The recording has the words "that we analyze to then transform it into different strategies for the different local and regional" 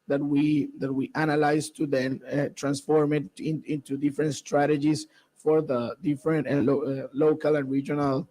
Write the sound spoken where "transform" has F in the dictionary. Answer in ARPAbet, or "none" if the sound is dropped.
F